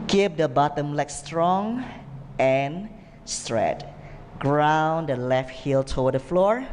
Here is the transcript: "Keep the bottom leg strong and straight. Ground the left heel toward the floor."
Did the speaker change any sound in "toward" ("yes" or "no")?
yes